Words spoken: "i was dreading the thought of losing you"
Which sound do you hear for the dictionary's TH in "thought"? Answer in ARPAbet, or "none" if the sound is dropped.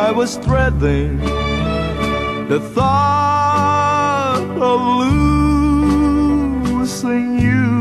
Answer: TH